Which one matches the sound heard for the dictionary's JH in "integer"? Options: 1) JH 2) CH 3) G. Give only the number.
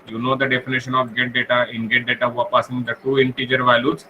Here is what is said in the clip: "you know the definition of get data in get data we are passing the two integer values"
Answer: 1